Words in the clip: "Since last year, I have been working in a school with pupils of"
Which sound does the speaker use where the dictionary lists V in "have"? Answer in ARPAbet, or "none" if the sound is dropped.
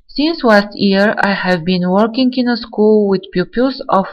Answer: V